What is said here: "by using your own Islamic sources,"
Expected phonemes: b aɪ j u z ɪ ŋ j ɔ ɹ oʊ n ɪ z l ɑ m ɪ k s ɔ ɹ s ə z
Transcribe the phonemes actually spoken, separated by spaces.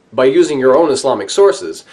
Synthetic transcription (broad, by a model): b aɪ j u z ɪ ŋ j ɔ ɹ oʊ n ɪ s l ɑ m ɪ k s ɔ ɹ s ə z